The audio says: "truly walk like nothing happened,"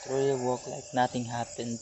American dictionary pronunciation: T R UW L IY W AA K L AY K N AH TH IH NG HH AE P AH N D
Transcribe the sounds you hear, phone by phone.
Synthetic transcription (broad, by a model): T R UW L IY W AA K L AY K N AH T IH NG HH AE P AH N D